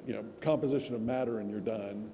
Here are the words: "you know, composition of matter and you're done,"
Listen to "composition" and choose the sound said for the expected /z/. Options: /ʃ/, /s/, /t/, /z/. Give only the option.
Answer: /z/